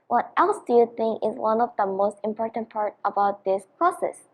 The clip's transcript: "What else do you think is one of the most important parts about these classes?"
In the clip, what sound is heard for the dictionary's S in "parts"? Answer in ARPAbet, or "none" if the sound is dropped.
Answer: none